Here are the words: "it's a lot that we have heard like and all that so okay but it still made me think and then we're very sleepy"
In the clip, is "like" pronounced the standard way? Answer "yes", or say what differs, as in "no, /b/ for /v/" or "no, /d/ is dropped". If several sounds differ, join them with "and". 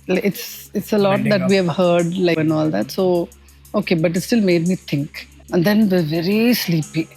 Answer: no, /k/ is dropped